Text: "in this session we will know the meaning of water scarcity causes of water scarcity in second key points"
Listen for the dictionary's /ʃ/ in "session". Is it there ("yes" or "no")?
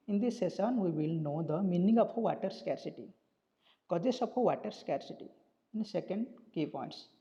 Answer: no